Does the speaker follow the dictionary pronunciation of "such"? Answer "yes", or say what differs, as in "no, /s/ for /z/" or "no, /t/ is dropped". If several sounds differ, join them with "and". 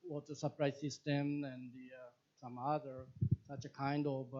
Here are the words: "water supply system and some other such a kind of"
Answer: yes